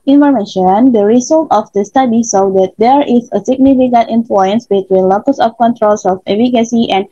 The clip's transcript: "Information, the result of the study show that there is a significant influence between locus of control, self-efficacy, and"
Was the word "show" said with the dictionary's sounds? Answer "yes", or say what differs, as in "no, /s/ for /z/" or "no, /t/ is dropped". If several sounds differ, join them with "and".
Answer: no, /s/ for /ʃ/